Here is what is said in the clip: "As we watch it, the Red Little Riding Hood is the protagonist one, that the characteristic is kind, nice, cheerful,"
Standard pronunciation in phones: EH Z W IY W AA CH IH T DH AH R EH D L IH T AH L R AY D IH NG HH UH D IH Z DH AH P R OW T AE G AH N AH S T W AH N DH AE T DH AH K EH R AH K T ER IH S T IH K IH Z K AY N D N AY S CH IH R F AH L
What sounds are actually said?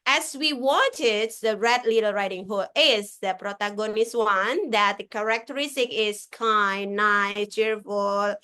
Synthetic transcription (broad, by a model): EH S W IY W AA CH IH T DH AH R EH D L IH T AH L R AY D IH NG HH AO IH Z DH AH P R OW T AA G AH N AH S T W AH N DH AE T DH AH K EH R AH K T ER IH S T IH K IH S K AY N N AY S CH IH R F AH L